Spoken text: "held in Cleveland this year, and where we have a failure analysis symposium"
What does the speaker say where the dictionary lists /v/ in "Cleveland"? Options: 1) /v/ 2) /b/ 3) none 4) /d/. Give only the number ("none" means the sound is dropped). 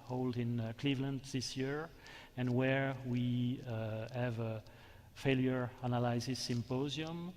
1